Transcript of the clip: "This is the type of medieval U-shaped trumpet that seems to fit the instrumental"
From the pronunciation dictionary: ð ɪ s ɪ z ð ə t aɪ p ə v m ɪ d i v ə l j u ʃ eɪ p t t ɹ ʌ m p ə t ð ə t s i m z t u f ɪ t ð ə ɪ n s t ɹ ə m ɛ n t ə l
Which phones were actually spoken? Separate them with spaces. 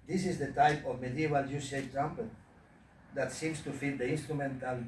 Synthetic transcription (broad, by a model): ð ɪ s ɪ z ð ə t aɪ p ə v m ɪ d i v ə l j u s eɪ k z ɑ m p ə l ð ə t s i m s t u f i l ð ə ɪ n s t ɹ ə m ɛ n t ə l